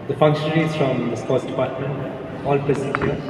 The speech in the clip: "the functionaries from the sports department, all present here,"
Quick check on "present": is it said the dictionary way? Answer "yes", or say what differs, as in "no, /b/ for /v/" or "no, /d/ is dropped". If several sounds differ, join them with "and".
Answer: no, /ɹ/ is dropped and /n/ is dropped